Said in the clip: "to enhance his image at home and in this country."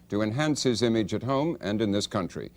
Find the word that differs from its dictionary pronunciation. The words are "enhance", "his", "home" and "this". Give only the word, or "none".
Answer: none